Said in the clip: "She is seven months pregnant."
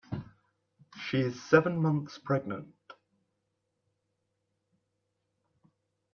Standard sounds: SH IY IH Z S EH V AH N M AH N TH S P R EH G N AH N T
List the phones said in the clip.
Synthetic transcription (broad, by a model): SH IY IH Z S EH V AH N M AH N TH S P R EH G N AH N T